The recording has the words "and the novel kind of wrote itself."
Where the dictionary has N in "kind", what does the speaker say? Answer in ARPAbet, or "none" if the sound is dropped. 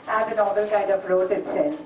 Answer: none